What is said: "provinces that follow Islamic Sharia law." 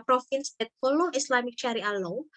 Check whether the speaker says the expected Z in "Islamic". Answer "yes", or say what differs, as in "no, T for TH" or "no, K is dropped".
no, S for Z